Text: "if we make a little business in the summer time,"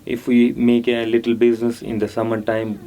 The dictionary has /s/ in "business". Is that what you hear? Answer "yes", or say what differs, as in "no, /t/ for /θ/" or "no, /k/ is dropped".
yes